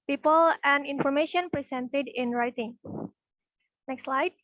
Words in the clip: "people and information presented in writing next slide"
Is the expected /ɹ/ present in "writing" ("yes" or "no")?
yes